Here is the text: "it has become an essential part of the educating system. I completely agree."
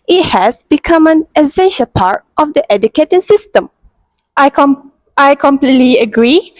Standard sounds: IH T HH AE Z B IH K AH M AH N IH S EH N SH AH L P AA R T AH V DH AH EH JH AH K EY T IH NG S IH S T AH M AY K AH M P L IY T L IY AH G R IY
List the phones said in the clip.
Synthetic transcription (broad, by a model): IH T HH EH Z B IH K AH M AH N IH S EH N SH AH L P AA R T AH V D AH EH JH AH K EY T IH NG S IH S T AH M AY K AH M P L IY T L IY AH G R IY